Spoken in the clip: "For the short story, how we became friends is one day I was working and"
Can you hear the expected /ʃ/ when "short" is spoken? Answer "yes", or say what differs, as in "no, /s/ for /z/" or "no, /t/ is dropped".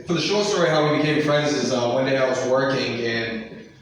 yes